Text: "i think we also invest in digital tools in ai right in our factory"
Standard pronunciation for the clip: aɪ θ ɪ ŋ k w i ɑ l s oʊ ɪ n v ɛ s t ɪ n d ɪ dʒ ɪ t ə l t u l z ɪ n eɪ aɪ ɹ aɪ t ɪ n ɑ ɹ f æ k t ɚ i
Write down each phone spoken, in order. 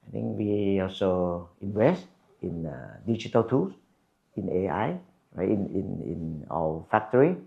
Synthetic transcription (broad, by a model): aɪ t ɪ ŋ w i ɑ l s oʊ ɪ n v ɛ s t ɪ n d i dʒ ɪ t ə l t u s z ɪ n eɪ aɪ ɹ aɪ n ɪ n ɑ l f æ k t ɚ i